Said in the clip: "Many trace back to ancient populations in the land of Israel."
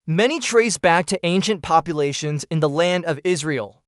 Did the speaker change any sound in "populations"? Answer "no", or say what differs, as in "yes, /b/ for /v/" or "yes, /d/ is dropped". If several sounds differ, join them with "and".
no